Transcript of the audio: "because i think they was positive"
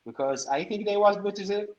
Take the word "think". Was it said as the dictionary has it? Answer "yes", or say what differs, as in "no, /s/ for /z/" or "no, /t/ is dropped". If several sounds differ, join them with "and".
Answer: yes